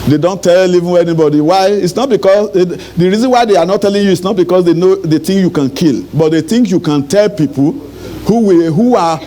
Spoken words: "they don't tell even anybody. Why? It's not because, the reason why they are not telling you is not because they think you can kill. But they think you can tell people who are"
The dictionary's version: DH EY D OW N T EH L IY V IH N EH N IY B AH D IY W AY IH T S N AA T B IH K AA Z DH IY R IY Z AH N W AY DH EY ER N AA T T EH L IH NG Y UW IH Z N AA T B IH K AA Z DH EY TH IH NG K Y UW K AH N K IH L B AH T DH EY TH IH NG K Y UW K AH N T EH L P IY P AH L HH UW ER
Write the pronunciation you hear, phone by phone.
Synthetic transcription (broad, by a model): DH EY D OW N T EH L IY V IH N EH N IY B AH D IY W AY IH T S N AA T B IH K AA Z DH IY R IY Z AH N W AY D EY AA N AA T T EH L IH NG Y UW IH S N AA T B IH K AA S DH EY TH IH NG K Y UW K AH N K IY L B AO T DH EY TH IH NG K Y UW K AH N T EH L P IY P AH W HH UW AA